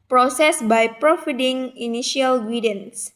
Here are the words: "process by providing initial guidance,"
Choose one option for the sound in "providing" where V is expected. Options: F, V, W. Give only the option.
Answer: F